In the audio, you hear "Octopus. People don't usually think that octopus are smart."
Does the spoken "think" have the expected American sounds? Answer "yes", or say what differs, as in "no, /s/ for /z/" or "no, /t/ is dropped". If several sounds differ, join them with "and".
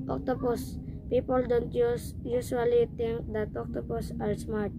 no, /t/ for /θ/